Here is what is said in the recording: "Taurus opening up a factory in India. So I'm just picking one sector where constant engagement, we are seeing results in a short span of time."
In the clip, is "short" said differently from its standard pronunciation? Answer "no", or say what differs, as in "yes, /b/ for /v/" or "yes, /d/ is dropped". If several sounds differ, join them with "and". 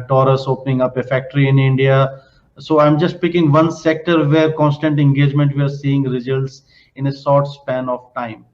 yes, /s/ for /ʃ/